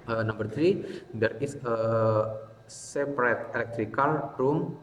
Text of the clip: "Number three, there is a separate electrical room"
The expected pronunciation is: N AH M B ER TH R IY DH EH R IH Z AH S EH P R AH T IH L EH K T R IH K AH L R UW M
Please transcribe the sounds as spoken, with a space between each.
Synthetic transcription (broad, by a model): N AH M B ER T R IY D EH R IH S AH S EH P R AH T IH L EH K T R IH K AH L R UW M